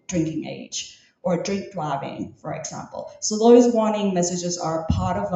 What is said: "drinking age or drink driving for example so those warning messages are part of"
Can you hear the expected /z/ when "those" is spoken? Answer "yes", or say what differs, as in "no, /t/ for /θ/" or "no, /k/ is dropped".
yes